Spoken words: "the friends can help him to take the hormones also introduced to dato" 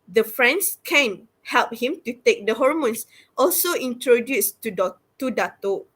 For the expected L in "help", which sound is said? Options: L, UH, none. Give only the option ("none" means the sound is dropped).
L